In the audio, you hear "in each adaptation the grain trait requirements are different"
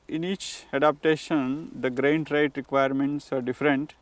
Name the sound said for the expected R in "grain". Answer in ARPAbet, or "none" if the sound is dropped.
R